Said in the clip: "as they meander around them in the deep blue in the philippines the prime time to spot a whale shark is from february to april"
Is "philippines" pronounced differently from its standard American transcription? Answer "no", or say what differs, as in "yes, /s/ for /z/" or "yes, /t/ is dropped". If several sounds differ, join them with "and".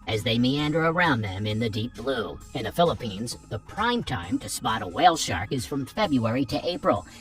no